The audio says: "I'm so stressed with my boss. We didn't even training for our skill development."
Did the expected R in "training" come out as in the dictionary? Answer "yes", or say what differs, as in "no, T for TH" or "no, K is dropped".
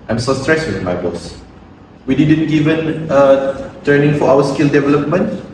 no, R is dropped